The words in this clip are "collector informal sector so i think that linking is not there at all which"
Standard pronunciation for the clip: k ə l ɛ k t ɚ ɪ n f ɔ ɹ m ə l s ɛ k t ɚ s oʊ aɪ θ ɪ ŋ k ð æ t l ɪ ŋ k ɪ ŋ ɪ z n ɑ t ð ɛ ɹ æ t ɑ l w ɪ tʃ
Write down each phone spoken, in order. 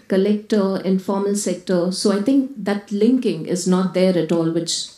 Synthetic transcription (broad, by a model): k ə l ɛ k t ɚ ɪ n f ɔ ɹ m ə l s ɛ k t ɚ s oʊ aɪ t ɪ ŋ k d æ t l ɪ ŋ k ɪ ŋ ɪ z n ɑ t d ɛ ɹ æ t ɑ l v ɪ tʃ